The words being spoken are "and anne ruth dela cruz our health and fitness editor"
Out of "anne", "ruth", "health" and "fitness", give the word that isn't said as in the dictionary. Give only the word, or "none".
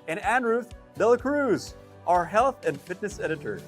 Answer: none